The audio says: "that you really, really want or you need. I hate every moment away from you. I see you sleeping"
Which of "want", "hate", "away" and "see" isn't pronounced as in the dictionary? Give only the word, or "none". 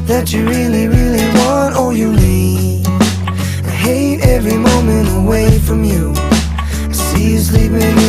none